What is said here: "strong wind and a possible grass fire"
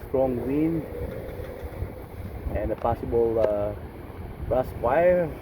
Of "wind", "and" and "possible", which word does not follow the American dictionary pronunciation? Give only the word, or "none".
wind